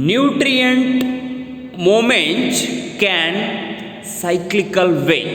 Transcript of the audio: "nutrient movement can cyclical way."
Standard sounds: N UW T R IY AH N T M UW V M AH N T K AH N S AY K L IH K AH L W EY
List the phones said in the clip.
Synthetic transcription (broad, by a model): N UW T R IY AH N T M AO M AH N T K AH N S AY K L IH K AH L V EY